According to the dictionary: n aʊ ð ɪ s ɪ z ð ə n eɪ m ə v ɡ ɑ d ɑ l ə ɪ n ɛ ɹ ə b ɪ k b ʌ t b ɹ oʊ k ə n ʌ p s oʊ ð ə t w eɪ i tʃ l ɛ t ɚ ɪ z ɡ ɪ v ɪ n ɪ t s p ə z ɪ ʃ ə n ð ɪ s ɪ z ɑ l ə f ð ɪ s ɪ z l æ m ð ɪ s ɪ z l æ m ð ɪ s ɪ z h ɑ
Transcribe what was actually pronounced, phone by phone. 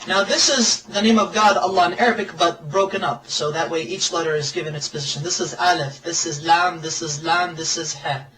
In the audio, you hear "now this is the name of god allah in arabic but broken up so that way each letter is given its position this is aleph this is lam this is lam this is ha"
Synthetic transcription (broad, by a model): n aʊ ð ɪ s ɪ z ð ə n eɪ m ə v ɡ ɑ d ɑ l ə ɪ n ɛ ɹ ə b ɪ k b ʌ t b ɹ oʊ k ə n ʌ p s oʊ ð ə t w eɪ i tʃ l ɛ t ɚ ɪ z ɡ ɪ v ɪ n ɪ t s p ə z ɪ ʃ ə n ð ɪ s ɪ z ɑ l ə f ð ɪ s ɪ z l æ m ð ɪ s ɪ z l æ m ð ɪ s ɪ z h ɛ